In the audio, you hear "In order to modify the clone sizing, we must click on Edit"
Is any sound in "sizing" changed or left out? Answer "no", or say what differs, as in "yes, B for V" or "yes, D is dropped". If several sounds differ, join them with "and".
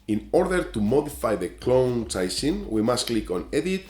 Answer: yes, S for Z